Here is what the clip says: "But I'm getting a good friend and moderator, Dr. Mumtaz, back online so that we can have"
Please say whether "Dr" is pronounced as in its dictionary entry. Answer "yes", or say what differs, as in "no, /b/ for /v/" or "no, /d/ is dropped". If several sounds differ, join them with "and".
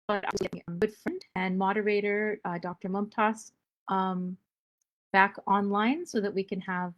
yes